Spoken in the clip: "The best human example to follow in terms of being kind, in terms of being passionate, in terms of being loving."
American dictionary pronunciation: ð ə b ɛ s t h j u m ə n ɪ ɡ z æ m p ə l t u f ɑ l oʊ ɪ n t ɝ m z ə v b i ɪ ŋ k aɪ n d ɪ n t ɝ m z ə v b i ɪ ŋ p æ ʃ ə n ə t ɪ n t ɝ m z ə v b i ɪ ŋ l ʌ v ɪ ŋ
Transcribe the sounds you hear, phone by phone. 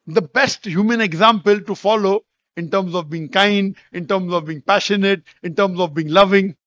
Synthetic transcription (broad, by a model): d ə b ɛ s t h j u m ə n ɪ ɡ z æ m p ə l t u f ɑ l oʊ ɪ n t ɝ m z ə v b i ɪ ŋ k aɪ n d ɪ n t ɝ m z ə v b i ɪ ŋ p æ ʃ ə n ə t ɪ n t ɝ m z ə v b i ɪ ŋ l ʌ v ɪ ŋ